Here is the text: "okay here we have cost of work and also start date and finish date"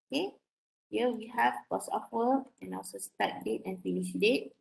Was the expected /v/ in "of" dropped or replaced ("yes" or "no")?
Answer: yes